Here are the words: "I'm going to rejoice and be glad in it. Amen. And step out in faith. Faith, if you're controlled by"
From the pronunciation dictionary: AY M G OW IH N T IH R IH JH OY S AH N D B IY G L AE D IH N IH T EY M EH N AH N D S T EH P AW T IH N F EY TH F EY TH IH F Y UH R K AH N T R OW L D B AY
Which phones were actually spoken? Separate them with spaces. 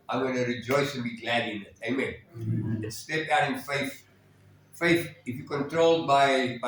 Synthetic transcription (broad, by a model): AY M G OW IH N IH R IH JH OY S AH N B IY G L AE D IH N IH T EY M EH N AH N S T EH P AW T IH N F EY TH F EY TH IH F Y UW K AH N T R OW L D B AY